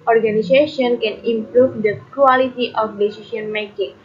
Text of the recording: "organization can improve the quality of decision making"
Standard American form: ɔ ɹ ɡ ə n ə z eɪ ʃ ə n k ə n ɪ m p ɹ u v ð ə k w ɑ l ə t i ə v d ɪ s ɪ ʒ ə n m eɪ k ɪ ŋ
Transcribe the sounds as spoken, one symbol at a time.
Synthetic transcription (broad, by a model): ɔ ɹ ɡ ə n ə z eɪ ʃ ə n k ə n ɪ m p ɹ u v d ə k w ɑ l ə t i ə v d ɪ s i s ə n m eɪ k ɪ ŋ